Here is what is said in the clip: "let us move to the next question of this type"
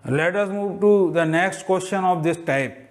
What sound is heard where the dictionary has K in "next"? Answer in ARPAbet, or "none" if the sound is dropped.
K